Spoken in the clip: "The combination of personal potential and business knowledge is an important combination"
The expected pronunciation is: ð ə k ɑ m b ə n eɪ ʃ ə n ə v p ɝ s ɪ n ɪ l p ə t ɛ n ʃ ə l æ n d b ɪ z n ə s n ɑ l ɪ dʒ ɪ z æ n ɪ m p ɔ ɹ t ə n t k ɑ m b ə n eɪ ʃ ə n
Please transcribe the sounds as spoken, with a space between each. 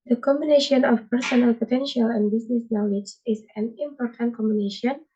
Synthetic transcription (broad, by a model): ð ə k ɑ m b ə n eɪ ʃ ə n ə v p ɝ s ɪ n ɪ l p ə t ɛ n ʃ ə l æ n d b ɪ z n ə s n ɑ l ɪ dʒ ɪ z æ n ɪ m p ɔ ɹ t ə n t k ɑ m b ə n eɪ ʃ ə n